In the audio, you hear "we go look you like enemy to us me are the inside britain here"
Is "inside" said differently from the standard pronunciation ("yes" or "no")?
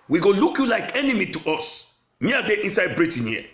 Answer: yes